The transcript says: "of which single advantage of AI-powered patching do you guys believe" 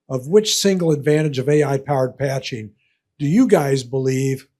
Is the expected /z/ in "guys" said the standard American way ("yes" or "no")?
yes